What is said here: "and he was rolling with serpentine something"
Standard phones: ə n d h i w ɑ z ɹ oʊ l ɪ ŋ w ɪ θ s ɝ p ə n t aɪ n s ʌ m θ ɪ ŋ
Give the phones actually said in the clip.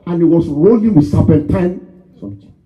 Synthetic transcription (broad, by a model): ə n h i w ɑ s ɹ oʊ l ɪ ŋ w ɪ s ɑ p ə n t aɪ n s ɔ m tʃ